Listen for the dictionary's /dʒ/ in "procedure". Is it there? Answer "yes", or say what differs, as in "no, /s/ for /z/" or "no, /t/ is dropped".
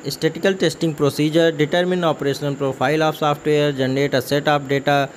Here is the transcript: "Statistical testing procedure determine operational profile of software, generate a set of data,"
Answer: yes